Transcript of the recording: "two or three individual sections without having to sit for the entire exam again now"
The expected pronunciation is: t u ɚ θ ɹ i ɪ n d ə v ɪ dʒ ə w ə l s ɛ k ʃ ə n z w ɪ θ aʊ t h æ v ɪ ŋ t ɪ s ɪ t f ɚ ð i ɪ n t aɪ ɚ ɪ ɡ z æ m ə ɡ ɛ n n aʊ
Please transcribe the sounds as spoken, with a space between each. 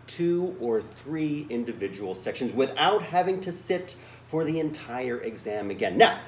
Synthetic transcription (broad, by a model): t u ɚ θ ɹ i ɪ n d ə v ɪ dʒ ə w l s ɛ k ʃ ə n z w ɪ θ aʊ t h æ v ɪ ŋ t ɪ s ɪ t f ɚ ð i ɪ n t aɪ ɚ ɪ ɡ z æ m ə ɡ ɛ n n aʊ